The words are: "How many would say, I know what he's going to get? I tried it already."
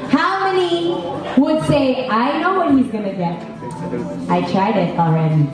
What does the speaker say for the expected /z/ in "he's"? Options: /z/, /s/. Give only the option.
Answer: /z/